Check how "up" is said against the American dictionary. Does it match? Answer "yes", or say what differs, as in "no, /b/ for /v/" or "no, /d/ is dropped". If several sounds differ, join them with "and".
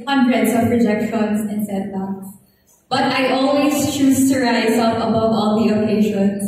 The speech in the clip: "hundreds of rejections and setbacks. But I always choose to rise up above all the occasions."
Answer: no, /f/ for /p/